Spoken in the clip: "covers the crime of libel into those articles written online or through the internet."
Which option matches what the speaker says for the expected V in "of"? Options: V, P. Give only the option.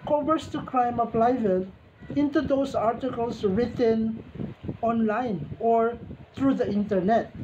P